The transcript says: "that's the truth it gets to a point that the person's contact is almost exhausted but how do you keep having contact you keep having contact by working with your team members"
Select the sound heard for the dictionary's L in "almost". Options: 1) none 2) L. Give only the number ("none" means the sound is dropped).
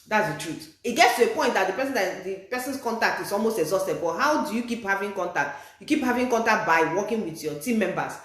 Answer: 2